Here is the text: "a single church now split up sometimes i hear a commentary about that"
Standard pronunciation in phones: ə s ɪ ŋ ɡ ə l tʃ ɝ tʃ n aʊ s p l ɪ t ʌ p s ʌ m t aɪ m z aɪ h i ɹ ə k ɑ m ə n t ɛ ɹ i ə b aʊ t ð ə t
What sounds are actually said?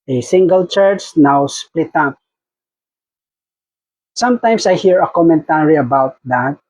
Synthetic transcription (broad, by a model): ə s ɪ ŋ ɡ ə l tʃ ɝ tʃ n aʊ s p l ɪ t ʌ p s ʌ m t aɪ m s aɪ h i ɹ ə k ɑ m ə n t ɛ ɹ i ə b aʊ t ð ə t